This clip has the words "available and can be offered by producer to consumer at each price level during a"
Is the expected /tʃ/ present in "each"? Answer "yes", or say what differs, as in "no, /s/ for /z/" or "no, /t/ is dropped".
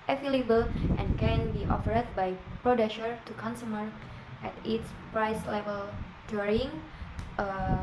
no, /s/ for /tʃ/